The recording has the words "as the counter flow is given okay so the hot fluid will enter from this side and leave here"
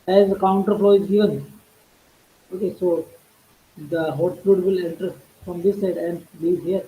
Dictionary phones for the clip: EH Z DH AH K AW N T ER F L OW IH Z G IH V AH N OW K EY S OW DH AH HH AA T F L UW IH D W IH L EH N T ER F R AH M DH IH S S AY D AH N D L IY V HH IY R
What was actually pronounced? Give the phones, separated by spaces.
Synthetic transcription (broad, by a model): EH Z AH K AW N T ER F L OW IH Z G IH V AH N OW K EY S OW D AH HH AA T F UW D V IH L EH N T ER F R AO M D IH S S AY D AH N D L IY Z HH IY R